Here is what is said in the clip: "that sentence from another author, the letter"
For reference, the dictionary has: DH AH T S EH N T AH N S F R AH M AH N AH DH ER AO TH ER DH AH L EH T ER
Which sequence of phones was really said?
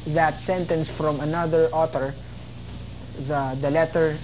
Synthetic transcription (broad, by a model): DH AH T S EH N T AH N S F R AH M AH N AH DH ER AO T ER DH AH L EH T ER